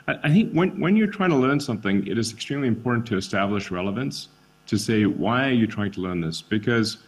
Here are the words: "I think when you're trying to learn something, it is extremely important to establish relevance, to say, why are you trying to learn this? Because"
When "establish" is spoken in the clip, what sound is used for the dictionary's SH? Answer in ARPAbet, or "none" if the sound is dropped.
SH